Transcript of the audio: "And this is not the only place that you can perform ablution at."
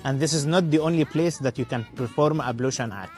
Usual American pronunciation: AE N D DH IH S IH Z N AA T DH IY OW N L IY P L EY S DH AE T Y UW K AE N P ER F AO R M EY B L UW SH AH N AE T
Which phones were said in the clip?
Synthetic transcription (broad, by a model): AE N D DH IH S IH Z N AA T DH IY OW N L IY P L EY S DH AE T Y UW K AE N P ER F AO R M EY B L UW SH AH N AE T